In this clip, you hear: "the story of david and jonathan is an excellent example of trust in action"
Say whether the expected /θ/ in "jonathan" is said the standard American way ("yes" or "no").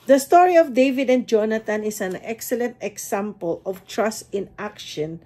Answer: no